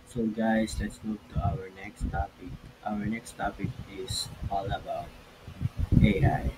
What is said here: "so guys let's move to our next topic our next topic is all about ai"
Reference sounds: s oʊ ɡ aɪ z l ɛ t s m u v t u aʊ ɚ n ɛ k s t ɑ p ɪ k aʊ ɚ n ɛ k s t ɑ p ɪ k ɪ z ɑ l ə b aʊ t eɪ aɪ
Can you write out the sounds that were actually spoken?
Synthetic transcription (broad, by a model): s oʊ ɡ aɪ s l ɛ t s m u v t u aʊ ɚ n ɛ k s t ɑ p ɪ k aʊ ɚ n ɛ k s t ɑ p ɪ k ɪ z ɑ l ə b aʊ t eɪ aɪ